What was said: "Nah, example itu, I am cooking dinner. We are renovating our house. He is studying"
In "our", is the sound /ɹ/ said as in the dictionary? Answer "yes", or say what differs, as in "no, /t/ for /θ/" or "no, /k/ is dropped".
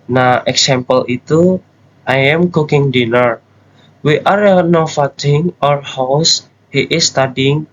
yes